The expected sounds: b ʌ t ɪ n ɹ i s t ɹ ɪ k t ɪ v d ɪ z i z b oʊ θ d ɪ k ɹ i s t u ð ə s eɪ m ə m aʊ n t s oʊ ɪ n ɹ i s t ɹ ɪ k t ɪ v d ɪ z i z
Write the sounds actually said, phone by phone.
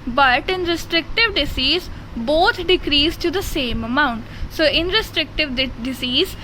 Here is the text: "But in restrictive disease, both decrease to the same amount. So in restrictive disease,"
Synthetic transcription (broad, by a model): b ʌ t ɪ n ɹ i s t ɹ ɪ k t ɪ v d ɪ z i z b oʊ t d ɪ k ɹ i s t u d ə s eɪ m ə m aʊ n t s oʊ ɪ n ɹ i s t ɹ ɪ k t ɪ v d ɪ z i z